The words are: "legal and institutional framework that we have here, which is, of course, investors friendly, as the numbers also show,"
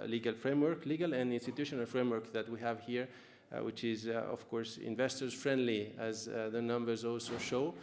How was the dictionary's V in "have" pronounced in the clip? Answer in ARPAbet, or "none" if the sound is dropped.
V